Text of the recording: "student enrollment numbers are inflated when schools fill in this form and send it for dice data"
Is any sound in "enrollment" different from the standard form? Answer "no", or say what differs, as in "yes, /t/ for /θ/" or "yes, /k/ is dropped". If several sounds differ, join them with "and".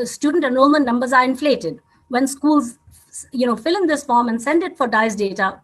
yes, /ɹ/ is dropped and /l/ is dropped